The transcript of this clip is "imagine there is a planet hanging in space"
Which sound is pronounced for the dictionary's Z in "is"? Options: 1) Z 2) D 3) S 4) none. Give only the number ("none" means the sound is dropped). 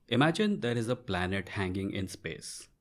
1